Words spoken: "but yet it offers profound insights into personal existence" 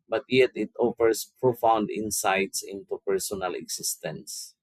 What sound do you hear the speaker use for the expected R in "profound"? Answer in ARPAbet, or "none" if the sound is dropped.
R